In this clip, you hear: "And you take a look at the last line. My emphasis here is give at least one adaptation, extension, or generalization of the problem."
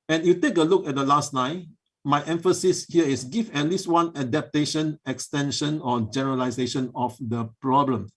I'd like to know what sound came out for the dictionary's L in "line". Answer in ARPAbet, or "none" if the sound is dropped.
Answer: N